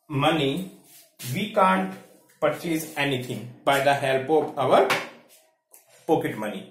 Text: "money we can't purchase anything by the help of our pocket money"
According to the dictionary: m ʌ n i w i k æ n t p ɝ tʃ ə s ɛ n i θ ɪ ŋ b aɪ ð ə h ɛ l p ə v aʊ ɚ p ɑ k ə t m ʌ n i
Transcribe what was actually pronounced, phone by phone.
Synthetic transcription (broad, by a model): m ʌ n i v i k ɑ n t p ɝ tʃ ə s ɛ n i t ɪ ŋ b aɪ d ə h ɛ l p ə p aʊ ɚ p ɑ k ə t m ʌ n i